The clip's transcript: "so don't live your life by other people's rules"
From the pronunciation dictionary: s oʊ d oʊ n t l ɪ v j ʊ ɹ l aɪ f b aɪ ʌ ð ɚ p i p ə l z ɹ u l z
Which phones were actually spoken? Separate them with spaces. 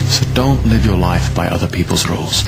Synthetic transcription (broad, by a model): s oʊ d oʊ n t l ɪ v j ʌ ɹ l aɪ f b aɪ ʌ ð ɚ p i p ə l z ɹ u l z